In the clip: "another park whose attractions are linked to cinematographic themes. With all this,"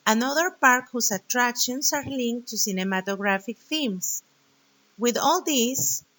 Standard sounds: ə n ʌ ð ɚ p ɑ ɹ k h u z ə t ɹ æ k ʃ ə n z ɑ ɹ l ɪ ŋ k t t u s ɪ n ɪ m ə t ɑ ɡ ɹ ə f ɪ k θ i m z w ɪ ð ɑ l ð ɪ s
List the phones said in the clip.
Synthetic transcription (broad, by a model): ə n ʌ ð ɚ p ɑ ɹ k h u s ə t ɹ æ k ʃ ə n s ɑ ɹ l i ŋ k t t u s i n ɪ m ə t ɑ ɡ ɹ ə f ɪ k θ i m s w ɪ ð ɑ l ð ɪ s